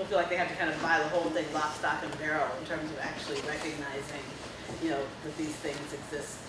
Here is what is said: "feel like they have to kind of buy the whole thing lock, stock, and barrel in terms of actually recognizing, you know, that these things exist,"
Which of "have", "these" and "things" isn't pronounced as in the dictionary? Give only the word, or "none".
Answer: have